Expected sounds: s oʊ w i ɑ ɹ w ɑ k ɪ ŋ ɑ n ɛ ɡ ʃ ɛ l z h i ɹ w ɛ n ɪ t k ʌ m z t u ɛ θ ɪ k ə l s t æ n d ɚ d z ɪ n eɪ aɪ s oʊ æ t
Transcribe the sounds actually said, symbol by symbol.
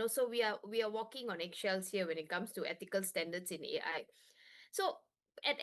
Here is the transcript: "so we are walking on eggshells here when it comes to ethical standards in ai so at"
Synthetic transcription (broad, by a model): s oʊ w i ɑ w w ɑ k ɪ ŋ ɑ n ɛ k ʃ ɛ l s h i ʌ w ɛ n ɪ t k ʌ m s t u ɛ t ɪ k ə l s t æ n d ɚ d s ɪ n eɪ aɪ s oʊ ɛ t